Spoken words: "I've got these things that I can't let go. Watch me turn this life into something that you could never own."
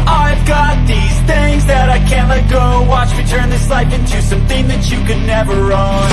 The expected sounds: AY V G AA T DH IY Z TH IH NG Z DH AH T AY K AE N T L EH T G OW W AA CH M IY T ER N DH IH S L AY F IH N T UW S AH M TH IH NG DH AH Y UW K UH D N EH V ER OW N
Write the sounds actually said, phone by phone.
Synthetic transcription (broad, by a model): AY V G AA T DH IY Z TH IH NG Z DH AH T AY K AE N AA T G OW W AA CH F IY T ER N DH IH S L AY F IH N T UW S AH M TH IH NG DH AH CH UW K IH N EH V ER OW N